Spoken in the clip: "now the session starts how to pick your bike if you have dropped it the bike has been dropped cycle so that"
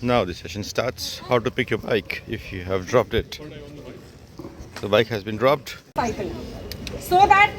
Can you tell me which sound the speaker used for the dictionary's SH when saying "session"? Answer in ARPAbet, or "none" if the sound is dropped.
SH